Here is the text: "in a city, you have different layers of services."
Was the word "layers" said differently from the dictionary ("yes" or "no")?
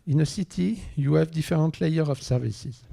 yes